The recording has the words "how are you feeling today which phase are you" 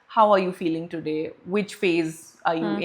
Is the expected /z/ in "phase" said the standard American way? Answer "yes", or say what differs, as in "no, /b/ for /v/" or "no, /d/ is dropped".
yes